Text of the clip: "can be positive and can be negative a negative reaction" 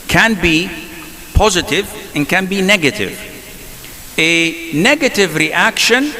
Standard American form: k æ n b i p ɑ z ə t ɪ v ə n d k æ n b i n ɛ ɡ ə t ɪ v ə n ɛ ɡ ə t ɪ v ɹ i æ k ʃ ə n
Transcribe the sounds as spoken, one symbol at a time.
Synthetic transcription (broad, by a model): k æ n b i p ɑ z ə t ɪ v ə n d k æ n b i n ɛ ɡ ə t ɪ v ə n ɛ ɡ ə t ɪ v ɹ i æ k ʃ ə n